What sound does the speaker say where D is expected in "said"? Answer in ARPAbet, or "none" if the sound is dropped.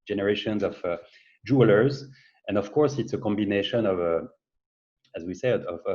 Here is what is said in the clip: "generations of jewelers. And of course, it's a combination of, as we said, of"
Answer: none